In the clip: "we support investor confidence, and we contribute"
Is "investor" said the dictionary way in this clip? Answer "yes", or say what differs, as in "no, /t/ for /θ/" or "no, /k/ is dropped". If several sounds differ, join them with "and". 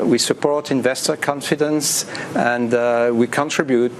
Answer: yes